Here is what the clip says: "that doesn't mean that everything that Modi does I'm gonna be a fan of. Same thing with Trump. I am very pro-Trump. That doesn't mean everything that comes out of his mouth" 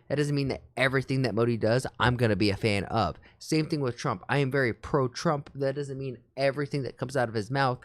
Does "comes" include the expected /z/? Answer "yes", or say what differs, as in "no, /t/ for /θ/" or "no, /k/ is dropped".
yes